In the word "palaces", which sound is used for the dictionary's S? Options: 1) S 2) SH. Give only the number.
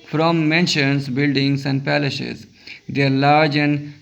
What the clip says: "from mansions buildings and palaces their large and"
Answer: 2